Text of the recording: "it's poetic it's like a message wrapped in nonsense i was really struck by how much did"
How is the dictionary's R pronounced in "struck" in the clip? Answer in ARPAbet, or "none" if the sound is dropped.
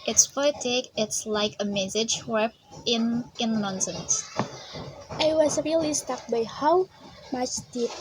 none